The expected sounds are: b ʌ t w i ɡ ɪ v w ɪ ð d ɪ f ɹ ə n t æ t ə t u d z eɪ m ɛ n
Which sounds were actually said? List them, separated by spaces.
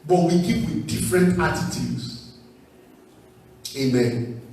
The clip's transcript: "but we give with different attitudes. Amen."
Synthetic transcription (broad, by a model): b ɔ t w i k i p w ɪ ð d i f ɹ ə n t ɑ t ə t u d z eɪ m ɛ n